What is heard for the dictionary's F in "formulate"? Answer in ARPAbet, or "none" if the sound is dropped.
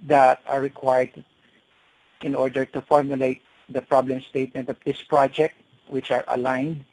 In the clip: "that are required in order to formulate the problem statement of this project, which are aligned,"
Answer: F